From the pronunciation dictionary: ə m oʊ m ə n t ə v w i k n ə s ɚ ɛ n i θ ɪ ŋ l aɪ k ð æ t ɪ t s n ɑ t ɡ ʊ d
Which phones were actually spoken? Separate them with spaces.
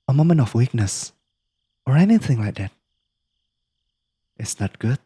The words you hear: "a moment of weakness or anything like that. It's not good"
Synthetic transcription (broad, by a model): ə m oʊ m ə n ə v w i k n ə s ɚ ɛ n i θ ɪ ŋ l aɪ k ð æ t ɪ t s n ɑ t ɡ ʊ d